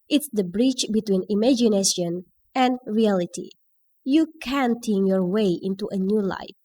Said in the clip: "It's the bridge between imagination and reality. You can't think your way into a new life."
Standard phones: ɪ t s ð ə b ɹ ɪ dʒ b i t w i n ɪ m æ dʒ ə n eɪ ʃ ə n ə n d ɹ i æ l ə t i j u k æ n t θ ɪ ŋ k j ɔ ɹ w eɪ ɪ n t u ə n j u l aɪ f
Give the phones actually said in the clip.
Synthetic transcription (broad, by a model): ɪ t s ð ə b ɹ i tʃ b i t w i n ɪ m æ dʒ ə n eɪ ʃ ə n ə n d ɹ i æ l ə t i j u k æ n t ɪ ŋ j ɔ ɹ w eɪ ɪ n t u ə n j u l aɪ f